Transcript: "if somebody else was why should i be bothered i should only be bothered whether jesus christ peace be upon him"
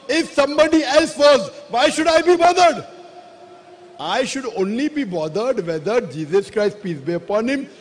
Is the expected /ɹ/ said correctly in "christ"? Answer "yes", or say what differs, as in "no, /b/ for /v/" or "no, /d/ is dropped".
yes